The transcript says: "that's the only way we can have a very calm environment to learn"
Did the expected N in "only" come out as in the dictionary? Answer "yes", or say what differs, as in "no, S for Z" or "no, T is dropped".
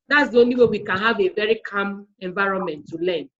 yes